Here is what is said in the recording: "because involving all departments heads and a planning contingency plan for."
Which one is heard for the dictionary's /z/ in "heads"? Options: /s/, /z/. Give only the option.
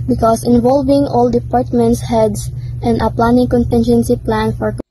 /s/